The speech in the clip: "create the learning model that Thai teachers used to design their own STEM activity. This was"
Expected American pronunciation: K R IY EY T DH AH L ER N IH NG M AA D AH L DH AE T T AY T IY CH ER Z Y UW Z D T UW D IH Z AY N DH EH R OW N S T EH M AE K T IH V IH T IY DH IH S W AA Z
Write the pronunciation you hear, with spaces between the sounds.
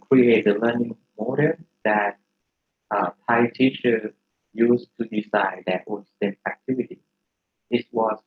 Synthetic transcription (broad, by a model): K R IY EY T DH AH L ER N IH NG M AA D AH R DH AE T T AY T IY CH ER Y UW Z T UW D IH S AY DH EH W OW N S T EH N AE K T IH V IH T IY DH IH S W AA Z